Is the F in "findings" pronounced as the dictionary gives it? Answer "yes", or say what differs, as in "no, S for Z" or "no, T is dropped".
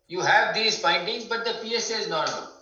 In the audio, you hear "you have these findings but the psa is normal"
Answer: no, P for F